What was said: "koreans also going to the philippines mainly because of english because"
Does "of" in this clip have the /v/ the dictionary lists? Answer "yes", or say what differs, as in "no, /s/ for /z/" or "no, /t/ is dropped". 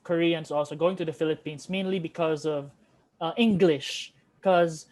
yes